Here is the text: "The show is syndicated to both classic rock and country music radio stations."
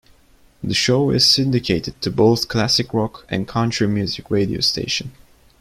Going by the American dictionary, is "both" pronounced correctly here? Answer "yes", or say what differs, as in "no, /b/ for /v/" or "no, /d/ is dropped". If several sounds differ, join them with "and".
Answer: yes